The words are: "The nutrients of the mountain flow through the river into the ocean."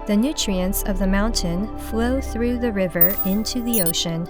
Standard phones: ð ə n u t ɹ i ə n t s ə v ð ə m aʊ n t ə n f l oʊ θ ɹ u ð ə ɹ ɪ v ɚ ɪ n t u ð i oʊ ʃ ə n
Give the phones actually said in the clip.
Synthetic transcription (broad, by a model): ð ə n u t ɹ i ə n t s ə v ð ə m aʊ n t ə n f l oʊ θ ɹ u ð ə ɹ ɪ v ɚ ɪ n t u ð i oʊ ʃ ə n